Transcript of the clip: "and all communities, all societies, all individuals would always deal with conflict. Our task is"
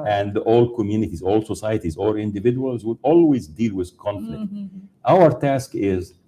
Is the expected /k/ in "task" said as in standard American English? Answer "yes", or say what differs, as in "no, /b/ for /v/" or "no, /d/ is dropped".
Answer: yes